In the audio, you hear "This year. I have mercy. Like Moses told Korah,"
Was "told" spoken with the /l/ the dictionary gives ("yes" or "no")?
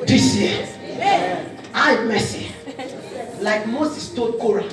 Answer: no